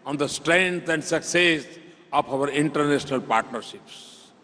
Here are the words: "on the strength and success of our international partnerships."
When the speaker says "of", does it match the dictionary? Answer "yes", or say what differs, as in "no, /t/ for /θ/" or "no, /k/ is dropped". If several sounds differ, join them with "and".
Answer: no, /p/ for /v/